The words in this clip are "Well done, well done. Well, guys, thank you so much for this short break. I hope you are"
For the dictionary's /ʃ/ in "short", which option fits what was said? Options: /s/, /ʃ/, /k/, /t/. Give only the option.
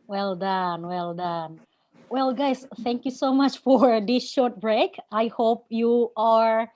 /ʃ/